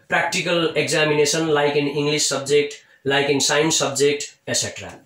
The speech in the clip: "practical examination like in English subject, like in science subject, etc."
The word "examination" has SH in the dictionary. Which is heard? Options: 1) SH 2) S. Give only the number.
2